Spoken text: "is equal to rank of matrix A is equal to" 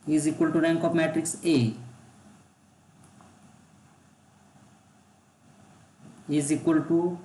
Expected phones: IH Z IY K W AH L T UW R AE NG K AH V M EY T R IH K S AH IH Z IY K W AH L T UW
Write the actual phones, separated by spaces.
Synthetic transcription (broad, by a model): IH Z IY K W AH L T UW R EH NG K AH P M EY T R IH K S AH IH Z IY K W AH L T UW